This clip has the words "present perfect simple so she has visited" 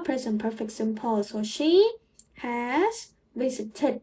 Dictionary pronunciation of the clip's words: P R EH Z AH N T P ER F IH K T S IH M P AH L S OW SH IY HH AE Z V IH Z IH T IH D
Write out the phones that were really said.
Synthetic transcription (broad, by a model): P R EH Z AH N P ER F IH K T S IH M P AH L S OW SH IY HH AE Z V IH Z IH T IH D